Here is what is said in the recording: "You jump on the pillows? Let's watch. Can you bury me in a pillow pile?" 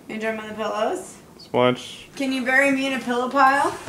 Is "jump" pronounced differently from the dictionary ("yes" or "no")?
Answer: yes